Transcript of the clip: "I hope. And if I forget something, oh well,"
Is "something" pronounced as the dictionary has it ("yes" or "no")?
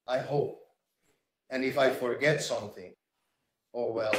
yes